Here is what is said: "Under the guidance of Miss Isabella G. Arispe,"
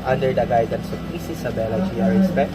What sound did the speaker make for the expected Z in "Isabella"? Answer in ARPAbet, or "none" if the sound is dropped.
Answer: S